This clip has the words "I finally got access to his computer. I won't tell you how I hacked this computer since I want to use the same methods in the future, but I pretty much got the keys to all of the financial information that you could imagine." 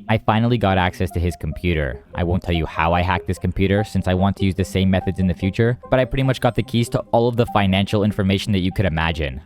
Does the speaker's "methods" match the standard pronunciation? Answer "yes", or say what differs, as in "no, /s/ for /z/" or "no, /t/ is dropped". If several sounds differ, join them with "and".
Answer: yes